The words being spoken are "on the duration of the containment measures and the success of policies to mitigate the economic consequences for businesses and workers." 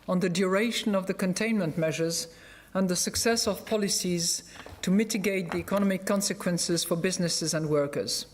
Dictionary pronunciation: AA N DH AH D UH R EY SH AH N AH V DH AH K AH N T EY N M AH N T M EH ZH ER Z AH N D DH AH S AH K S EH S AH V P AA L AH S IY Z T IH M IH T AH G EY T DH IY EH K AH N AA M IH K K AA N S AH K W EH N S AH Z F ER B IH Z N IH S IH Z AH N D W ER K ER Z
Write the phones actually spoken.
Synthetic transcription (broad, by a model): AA N DH AH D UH R EY SH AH N AH V DH AH K AH N T EY N M AH N T M EH ZH ER Z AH N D DH AH S AH K S EH S AH V P AA L AH S IY Z T IH M IH T AH G EY T DH IY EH K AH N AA M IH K K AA N S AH K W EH N S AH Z F ER B IH Z N IH S IH Z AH N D W ER K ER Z